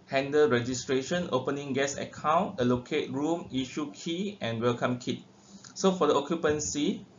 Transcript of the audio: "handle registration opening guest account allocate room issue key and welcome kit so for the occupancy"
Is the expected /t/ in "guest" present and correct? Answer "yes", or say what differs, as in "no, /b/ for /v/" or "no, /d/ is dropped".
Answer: no, /t/ is dropped